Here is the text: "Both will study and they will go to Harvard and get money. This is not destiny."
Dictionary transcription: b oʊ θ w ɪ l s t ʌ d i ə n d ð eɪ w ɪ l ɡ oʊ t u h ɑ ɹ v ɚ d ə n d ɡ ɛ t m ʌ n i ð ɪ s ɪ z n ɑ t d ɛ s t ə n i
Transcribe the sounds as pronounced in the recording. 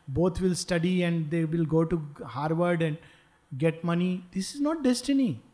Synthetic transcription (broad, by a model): b oʊ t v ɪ l s t ʌ d i ə n d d eɪ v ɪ l ɡ oʊ t u h ɑ ɹ v ɚ d ə n d ɡ ɛ t m ʌ n i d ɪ s ɪ z n ɑ t d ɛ s t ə n i